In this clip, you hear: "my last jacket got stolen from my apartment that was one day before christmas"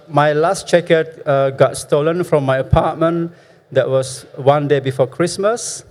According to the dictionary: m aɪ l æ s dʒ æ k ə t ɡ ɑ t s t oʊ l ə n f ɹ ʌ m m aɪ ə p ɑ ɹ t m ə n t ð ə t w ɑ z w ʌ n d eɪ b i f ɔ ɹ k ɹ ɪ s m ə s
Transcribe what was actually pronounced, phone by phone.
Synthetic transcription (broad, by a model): m aɪ l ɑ s tʃ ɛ k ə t ɡ ɑ t s t oʊ l ə n f ɹ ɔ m m aɪ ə p ɑ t m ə n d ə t w ɑ s w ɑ n d eɪ b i f ɔ k ɹ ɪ s m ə s